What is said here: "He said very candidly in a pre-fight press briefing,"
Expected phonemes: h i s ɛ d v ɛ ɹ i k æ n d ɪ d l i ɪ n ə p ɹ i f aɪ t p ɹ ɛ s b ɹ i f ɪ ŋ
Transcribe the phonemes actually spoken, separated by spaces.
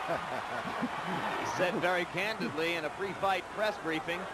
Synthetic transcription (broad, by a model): s ɛ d v ɛ ɹ i k æ n d ɪ d l i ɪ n ə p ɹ i f aɪ t p ɹ ɛ s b ɹ i f ɪ ŋ